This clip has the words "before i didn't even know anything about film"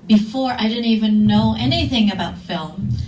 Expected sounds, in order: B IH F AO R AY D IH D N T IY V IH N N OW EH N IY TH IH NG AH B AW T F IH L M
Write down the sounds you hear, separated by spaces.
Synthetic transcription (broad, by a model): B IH F AO R AY D IH D N T IY V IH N N OW EH N IY TH IH NG AH B AW T F IH L M